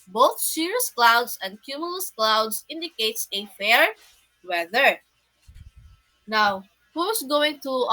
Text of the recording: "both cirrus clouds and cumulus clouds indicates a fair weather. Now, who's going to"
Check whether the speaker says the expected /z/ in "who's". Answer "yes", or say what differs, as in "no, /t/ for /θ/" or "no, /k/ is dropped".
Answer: no, /s/ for /z/